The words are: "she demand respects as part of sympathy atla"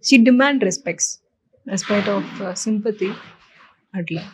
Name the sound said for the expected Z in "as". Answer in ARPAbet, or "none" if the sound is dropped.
S